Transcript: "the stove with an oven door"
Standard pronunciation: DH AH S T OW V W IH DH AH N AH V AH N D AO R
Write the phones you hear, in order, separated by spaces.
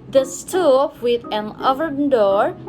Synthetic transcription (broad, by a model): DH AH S T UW P W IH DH AH N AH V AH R D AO R